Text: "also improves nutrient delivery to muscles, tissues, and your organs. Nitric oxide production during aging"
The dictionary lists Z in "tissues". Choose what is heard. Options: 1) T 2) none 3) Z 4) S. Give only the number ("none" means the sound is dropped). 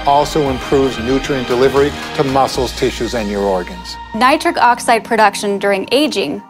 3